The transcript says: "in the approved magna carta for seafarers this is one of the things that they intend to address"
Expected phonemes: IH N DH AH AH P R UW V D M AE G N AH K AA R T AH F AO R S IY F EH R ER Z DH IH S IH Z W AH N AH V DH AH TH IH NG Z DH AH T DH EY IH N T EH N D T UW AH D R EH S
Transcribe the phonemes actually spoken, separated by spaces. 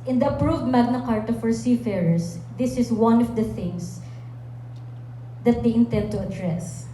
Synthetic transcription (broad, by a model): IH N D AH AH P R UW V D M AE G N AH K AA R T AH F AO R S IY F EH R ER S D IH S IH S W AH N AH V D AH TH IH NG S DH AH T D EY IH N T EH N D T UW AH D R EH S